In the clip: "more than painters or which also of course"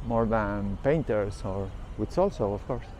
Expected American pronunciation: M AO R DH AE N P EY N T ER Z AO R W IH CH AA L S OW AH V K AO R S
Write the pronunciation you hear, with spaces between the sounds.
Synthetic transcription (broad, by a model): M AO R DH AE N P EY N T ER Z AO R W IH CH AA L S OW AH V K AO R S